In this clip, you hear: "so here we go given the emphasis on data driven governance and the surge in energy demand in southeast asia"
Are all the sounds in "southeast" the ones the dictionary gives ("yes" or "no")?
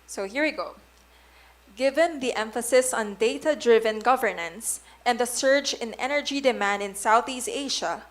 yes